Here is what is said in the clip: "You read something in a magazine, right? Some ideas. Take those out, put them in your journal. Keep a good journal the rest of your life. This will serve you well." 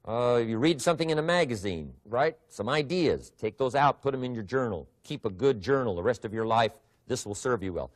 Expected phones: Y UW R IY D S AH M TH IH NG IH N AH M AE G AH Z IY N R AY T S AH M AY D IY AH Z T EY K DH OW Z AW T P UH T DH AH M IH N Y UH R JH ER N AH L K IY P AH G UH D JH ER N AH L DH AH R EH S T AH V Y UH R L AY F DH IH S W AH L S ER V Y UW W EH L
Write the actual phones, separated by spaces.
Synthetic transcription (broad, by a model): Y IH R IY D S AH M TH IH NG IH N AH M AE G AH Z IY N R AY T S AH M AY D IY AH Z T EY K DH OW Z AW T P UH T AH M IH N Y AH R JH ER N L K IY P AH G UH D JH ER N L DH AH R EH S T AH V Y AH R L AY F DH IH S W AH L S ER V Y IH W EH L